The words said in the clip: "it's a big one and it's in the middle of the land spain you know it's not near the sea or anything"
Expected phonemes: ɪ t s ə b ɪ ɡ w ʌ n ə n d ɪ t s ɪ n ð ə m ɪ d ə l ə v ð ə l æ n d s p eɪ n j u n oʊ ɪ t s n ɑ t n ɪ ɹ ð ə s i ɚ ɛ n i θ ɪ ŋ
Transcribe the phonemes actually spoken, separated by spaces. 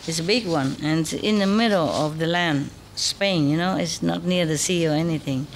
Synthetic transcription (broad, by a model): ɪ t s ə b ɪ ɡ w ʌ n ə n ɪ t s ɪ n ð ə m ɪ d l ə v ð ə l æ n d s p eɪ n j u n oʊ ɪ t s n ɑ t n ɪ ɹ ð ə s i ɚ ɛ n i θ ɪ ŋ